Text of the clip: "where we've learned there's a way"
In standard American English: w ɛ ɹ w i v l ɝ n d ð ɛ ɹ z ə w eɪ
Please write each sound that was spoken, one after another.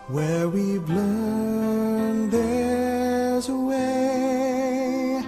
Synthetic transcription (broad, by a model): w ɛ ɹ w i b l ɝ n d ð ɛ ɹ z ə w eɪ